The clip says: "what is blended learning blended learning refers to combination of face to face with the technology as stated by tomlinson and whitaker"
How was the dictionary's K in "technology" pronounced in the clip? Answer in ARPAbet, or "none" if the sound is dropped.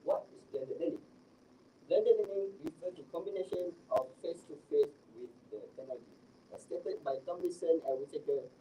none